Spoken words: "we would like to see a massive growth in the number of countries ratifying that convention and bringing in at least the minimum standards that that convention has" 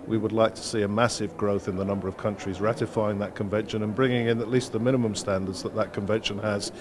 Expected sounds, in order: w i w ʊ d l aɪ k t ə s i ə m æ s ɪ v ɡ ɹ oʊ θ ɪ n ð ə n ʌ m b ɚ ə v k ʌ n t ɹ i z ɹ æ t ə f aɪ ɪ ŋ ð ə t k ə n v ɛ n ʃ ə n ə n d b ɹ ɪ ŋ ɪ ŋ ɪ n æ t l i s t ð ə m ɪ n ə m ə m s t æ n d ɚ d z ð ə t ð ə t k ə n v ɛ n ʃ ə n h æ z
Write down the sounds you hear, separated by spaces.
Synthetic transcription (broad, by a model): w i w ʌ d l aɪ k t ə s i ə m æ s ɪ v ɡ ɹ oʊ θ ɪ n ð ə n ʌ m b ɚ ə v k ʌ n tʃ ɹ i z ɹ æ t ə f aɪ ɪ ŋ ð ə t k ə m v ɛ n ʃ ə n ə n b ɹ ɪ ŋ ɪ ŋ ɪ n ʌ t l i s t ð ə m ɪ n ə m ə m s t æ n d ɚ d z ð ə t ð ə t k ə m v ɛ n ʃ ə n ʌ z